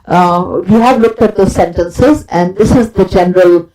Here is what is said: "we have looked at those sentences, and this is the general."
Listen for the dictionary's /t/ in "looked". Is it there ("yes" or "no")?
yes